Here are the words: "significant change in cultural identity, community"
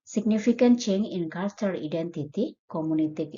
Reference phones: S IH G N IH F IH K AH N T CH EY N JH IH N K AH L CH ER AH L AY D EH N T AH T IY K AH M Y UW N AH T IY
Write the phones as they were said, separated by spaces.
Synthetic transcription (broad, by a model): S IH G N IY F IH K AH N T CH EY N IH N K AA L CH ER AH D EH N T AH T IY K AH M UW N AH T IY